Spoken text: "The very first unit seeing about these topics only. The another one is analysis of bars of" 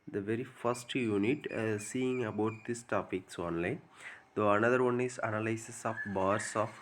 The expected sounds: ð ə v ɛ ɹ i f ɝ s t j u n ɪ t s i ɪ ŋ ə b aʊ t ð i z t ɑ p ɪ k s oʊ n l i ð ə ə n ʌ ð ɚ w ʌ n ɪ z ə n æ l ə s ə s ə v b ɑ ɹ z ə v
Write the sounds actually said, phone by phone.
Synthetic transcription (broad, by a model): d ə v ɛ ɹ i f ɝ s t j u n ɪ t s i ɪ ŋ ə b aʊ t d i s t ɑ p ɪ k s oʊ n l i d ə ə n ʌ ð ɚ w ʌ n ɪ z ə n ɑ l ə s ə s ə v b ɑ ɹ s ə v